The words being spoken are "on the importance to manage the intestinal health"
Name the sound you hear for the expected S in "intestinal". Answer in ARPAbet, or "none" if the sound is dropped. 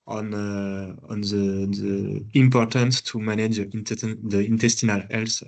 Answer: S